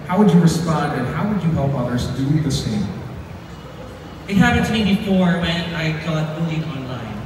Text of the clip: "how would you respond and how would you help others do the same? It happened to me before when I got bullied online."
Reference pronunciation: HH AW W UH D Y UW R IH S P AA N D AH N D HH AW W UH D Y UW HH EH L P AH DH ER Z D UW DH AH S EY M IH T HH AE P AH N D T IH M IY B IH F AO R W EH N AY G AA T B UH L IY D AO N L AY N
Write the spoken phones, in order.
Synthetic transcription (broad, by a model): HH AW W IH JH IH R IH S P AA N D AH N HH AW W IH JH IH HH EH L P AH DH ER Z D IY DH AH S EY M IH T HH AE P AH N T IH M IY B IH F AO R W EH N AY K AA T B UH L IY AO N L AY N